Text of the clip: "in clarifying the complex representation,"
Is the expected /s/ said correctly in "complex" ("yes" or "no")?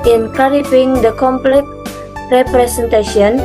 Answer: no